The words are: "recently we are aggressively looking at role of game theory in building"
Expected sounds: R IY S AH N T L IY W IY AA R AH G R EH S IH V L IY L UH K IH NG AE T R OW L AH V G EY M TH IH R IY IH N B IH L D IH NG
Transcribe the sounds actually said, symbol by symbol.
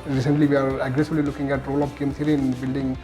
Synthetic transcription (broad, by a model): R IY S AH N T L IY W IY AA R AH G R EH S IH B L IY L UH K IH NG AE T R OW L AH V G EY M T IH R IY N B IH L D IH NG